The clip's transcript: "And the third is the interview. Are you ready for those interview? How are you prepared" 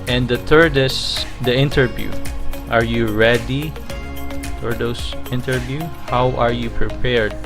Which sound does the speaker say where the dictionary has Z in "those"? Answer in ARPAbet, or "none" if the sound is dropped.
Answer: S